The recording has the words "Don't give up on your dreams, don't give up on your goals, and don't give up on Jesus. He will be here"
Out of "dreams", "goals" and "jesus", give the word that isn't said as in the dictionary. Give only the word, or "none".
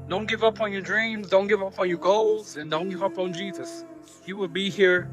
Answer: none